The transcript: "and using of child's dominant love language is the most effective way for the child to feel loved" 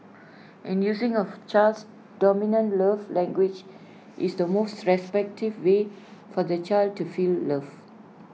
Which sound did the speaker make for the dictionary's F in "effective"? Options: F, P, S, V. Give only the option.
P